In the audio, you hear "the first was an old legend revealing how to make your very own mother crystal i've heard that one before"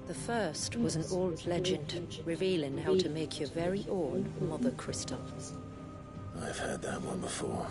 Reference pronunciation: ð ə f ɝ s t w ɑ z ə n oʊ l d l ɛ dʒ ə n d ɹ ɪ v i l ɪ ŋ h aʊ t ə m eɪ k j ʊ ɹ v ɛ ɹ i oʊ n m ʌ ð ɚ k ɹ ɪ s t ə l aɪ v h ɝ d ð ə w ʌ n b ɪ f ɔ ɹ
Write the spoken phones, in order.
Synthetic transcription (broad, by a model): ð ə f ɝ s t w ɑ z ə n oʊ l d l ɛ dʒ ə n d ɹ ɪ v i l ɪ ŋ h aʊ t ə m eɪ k j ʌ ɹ v ɛ ɹ i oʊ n m ʌ ð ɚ k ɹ ɪ s t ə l aɪ v h ɝ d ð ə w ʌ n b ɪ f ɔ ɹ